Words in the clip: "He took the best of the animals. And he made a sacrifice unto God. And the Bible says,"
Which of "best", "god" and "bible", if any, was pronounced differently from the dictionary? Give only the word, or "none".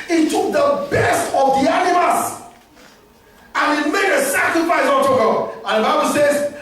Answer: god